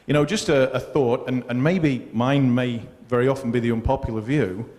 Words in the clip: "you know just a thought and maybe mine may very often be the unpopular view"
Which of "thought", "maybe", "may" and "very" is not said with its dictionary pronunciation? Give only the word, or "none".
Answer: none